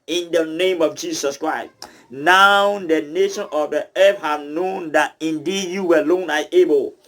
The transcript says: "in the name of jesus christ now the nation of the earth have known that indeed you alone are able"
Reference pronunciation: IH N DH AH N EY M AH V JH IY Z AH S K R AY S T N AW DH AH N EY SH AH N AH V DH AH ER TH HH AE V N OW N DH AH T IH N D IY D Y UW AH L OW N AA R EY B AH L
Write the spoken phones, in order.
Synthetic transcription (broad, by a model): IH N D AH N EY M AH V JH IY S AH S K R AY S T N AW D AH N EY SH AH N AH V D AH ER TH HH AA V N OW N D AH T IH N D IY D Y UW AH L OW N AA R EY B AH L